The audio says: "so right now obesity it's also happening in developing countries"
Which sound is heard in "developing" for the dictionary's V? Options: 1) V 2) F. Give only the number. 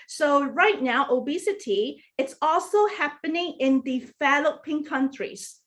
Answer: 2